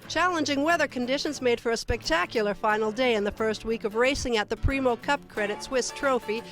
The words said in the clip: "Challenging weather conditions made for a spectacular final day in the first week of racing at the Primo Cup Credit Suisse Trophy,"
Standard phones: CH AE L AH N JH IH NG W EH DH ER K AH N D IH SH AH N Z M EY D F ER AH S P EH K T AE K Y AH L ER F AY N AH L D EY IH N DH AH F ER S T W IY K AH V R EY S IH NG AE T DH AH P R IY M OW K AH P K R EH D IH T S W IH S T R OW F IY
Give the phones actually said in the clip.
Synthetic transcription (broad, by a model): CH AE L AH N JH IH NG W EH DH ER K AH N D IH SH AH N Z M EY D F ER AH S P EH K T AE K Y L ER F AY N L D EY IH N DH AH F ER S T W IY K AH V R EY S IH NG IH T DH AH P R IY M OW K AH P K R EH D IH T S W IH S T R OW F IY